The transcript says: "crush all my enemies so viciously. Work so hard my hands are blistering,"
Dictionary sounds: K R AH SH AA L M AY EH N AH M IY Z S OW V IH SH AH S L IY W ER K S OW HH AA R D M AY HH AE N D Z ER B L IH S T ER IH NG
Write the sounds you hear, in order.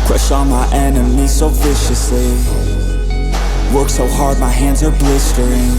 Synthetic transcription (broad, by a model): K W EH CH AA N M AY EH N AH M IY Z S OW V IH SH AH S L IY W ER K S OW HH AA R D M AY HH AE N D Z ER B L IH S T ER IH NG